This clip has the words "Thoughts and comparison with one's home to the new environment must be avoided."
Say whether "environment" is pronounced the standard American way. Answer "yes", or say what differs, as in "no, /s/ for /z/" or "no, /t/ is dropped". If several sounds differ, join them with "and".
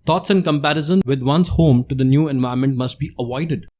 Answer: no, /ɹ/ is dropped and /n/ is dropped